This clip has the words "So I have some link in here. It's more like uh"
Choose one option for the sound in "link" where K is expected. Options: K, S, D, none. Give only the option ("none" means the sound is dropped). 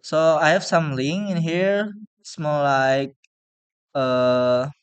none